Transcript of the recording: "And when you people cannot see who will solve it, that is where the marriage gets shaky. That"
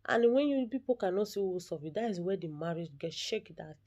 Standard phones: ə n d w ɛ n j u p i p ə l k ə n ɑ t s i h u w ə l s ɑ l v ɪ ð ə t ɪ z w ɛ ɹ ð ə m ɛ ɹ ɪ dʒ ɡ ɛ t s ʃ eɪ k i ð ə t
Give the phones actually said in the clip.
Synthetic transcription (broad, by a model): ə n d w ɛ n j u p i p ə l k ə n ɑ t s i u s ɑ v ɪ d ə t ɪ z w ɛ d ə m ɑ ɹ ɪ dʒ ɡ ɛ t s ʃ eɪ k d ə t